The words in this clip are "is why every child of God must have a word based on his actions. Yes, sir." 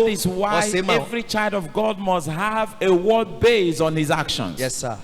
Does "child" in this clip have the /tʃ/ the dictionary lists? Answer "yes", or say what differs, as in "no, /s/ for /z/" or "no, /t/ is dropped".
yes